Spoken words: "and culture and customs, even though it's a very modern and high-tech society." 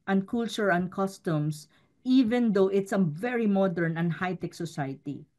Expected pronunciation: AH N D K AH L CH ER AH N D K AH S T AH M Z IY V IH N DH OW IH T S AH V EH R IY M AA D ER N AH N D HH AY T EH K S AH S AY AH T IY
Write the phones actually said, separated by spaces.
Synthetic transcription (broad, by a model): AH N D K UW L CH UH AH N D K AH S T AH M S IY V IH N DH OW IH T S AH V EH R IY M AA D ER N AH N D HH AY T EH K S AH S AY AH T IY